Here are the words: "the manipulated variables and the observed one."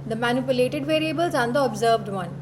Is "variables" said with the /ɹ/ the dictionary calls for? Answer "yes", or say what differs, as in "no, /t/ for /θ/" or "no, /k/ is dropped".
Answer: yes